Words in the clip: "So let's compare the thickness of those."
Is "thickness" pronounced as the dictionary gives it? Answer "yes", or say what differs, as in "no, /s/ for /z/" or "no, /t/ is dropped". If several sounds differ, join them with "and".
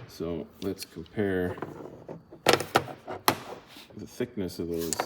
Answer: yes